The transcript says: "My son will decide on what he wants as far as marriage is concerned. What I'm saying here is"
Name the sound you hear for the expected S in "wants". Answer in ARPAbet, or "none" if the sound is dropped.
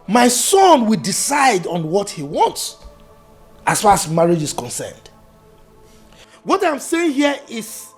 S